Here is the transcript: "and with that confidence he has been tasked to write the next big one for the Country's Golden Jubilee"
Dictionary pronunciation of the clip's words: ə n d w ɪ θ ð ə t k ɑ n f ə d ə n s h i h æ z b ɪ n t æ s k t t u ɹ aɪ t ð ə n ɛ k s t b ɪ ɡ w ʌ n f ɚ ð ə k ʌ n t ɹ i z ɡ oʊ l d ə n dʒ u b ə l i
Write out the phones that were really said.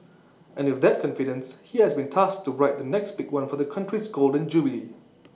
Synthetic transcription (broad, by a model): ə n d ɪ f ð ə t k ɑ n f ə d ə n s h i h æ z b ɪ n t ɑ s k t t u ɹ aɪ t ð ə n ɛ k s t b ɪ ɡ w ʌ n f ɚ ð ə k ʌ n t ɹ i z ɡ oʊ l d ə n dʒ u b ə l i